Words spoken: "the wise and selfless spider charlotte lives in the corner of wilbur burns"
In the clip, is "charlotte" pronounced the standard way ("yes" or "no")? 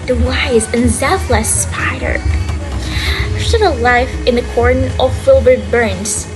no